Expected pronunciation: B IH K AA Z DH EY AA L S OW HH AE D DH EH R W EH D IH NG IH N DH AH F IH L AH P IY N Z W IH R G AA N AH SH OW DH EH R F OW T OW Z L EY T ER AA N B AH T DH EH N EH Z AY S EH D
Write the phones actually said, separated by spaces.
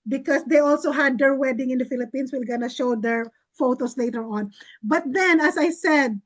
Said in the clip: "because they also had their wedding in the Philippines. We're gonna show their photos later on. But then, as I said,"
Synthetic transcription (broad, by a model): B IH K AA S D EY AA L S OW HH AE D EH R W EH D IH NG IH N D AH F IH L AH P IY N S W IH L G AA N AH SH OW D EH R F OW T OW S L EY T ER AA N B AH T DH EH N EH S AY S EH D